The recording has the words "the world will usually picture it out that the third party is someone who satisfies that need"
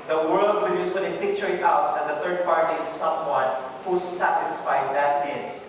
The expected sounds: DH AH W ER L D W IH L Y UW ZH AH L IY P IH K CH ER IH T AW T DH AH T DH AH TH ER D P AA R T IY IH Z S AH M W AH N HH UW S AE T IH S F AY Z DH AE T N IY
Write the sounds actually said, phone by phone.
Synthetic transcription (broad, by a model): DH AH W ER L D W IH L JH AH S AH N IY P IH K CH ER IH T AW T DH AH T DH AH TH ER D P AA R T IY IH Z S AH M W AH N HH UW S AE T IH S F AY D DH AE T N